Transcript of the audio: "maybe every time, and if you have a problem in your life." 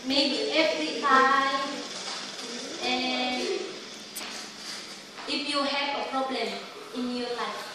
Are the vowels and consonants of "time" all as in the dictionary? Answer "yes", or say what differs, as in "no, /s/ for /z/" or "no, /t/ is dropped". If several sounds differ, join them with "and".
no, /m/ is dropped